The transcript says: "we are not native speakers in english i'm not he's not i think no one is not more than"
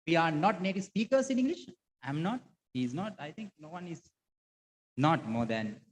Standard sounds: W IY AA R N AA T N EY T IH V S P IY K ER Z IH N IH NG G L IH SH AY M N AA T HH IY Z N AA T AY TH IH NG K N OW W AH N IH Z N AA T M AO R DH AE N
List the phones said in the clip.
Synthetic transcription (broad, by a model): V IY AA R N AA T N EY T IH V S P IY K ER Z IH N IH NG G L IH SH AY M N AA T HH IY Z N AA T AY T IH NG K N OW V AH N IH Z N AA T M AO R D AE N